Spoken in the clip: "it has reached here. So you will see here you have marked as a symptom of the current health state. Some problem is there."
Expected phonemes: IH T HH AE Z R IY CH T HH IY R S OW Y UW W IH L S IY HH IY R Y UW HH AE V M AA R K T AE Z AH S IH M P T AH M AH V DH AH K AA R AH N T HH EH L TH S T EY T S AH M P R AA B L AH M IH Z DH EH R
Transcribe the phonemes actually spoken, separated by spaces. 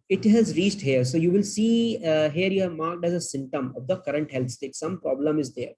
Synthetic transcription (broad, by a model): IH T HH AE Z R IY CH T HH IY R S OW Y UW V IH L S IY HH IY R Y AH M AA R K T AE Z AH S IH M T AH M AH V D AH K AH R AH N T HH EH L T S T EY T S AH M P R AA B L AH M IH Z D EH R